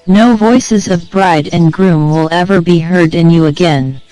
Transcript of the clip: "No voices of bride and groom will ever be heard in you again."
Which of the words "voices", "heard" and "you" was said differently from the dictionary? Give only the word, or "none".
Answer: none